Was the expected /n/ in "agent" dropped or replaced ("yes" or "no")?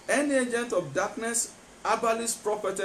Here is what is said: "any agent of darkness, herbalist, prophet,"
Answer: no